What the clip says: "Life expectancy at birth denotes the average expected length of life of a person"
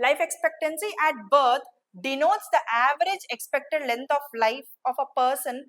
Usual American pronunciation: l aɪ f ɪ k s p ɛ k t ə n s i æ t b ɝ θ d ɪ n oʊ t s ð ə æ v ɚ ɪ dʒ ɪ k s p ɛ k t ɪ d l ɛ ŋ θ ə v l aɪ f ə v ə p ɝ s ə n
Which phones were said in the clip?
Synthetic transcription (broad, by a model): l aɪ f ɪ k s p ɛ k t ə n s i æ t b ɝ t d ɪ n oʊ t s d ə æ v ɚ ɪ dʒ ɪ k s p ɛ k t ɪ d l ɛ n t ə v l aɪ f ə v ə p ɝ s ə n